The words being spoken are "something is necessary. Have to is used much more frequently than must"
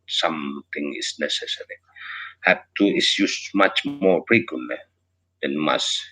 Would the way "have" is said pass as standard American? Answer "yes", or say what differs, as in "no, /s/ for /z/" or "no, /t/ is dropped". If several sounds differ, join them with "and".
no, /p/ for /v/